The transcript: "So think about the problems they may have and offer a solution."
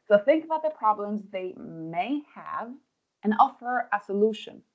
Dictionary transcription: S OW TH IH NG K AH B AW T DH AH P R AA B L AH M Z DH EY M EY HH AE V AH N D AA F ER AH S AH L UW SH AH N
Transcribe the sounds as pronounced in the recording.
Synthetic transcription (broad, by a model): S OW TH IH NG K AH B AW T DH AH P R AA B L AH M Z DH EY M EY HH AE V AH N AA F ER AH S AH L UW SH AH N